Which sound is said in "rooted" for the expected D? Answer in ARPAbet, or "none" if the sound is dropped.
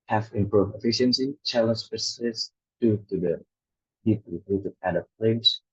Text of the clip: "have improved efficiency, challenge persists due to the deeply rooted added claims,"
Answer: none